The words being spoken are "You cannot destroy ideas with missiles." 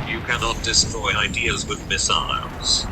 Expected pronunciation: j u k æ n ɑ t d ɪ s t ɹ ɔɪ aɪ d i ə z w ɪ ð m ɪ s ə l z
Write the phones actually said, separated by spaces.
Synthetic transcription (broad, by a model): j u k æ n ɑ t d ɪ s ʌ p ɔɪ aɪ d i ə z w ɪ ð m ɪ s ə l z